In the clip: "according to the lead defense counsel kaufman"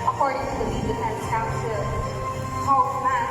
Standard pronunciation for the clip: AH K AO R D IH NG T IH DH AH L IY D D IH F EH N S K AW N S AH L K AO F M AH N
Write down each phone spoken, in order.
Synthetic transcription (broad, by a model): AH K AO R D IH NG T IH DH AH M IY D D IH EH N K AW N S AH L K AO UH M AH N